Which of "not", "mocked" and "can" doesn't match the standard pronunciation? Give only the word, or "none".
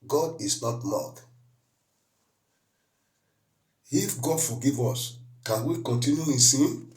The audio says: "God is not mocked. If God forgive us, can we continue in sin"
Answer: mocked